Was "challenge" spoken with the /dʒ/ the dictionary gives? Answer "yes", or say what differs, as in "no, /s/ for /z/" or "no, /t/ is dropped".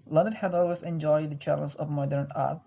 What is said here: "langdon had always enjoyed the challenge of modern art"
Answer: no, /z/ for /dʒ/